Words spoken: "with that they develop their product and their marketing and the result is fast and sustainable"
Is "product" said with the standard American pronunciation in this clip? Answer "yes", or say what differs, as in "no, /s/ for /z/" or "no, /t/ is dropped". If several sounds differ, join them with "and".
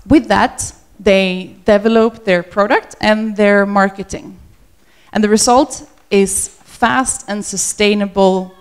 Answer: yes